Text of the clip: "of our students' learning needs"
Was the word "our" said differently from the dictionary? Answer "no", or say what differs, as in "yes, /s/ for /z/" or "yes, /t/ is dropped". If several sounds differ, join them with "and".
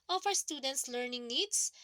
yes, /w/ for /ɹ/